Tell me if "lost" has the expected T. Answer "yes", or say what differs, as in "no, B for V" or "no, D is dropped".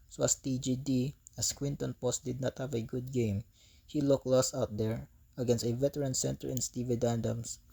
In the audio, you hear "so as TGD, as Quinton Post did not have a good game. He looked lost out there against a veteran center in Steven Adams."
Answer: no, T is dropped